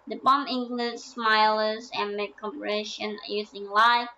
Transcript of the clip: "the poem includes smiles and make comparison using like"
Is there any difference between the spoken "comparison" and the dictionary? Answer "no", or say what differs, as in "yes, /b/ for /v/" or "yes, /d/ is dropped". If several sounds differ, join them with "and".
yes, /ʃ/ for /s/